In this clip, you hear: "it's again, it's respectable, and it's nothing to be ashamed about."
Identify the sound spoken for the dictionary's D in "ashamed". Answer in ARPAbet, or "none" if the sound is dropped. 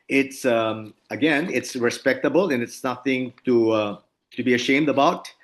D